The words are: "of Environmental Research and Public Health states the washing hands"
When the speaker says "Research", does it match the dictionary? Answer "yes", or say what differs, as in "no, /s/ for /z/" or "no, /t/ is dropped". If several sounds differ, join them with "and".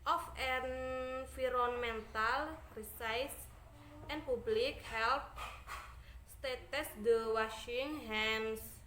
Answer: no, /s/ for /tʃ/